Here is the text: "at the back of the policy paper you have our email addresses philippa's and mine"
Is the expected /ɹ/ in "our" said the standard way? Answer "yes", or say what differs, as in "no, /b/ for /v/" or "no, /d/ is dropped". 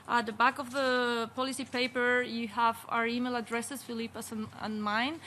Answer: yes